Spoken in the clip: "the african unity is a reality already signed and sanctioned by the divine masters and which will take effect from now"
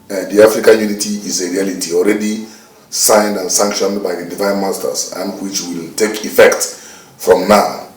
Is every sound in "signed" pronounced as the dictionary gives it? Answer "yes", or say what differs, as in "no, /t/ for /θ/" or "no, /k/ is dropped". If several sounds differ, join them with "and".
yes